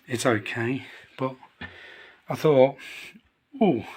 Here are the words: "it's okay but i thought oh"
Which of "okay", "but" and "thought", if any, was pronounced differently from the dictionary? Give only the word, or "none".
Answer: none